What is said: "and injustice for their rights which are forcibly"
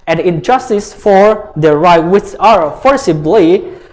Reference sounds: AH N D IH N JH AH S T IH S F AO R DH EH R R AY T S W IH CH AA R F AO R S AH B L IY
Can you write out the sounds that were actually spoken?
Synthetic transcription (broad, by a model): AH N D IH N JH AH S T IH S F AO R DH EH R R AY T W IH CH AA R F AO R S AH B L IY